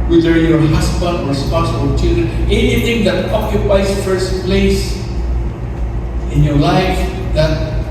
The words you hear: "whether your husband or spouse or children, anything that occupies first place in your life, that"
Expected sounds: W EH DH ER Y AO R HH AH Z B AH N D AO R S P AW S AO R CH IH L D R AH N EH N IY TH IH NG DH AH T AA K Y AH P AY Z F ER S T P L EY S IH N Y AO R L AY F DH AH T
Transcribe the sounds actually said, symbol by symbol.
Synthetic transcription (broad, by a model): W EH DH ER Y AO R HH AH S B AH N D AO R S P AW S AO R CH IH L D AH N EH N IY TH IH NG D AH T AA K Y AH P AY S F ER S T P L EY S IH N Y AO R L AY F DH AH T